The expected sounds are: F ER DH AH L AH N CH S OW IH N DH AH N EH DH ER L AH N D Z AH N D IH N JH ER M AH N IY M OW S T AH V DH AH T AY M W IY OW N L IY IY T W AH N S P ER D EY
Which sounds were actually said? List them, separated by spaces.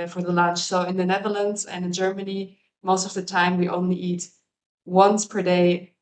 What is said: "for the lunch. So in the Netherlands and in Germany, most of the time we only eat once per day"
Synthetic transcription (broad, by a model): F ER DH AH L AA N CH S OW IH N DH AH N EH DH ER L AH N D Z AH N IH N JH ER M AH N IY M OW S T AH V DH AH T AY M W IY OW N L IY IY T W AH N S P ER D EY